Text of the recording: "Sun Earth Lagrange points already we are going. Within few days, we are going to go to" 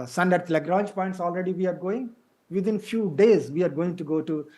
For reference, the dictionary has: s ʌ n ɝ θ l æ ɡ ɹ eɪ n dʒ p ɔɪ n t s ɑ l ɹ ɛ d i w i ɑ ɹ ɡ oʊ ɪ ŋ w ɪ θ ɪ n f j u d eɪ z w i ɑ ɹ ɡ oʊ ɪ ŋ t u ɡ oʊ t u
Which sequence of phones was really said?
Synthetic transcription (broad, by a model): s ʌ n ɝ t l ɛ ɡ ɹ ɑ n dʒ p ɔɪ n t s ɑ l ɹ ɛ d i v i ɑ ɹ ɡ oʊ ɪ ŋ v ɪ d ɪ n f j u d eɪ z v i ɑ ɹ ɡ oʊ ɪ ŋ t u ɡ oʊ t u